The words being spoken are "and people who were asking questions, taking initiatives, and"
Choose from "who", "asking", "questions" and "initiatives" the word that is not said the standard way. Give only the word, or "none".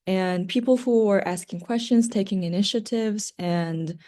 none